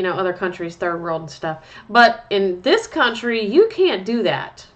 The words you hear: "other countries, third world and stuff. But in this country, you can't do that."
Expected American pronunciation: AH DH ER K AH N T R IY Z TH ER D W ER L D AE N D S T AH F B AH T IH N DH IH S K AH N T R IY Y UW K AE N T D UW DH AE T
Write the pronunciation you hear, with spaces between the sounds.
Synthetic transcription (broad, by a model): AH DH ER K AH N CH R IY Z TH ER D W ER L D N S T AH F B AH T IH N DH IH S K AH N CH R IY Y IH K AE N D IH DH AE T